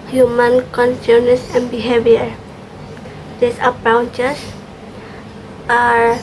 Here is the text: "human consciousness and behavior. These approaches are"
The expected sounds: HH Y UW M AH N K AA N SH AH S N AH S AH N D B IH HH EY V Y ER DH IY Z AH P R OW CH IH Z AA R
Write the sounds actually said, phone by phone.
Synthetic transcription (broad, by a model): HH Y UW M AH N K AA N S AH N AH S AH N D B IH HH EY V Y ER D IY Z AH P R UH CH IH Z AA R